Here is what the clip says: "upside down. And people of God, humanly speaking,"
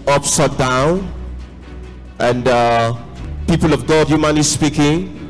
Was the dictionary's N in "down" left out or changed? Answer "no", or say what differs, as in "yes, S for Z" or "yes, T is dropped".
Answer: no